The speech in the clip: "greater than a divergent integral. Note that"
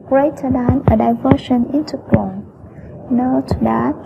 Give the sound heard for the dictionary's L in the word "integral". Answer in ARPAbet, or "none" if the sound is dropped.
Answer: N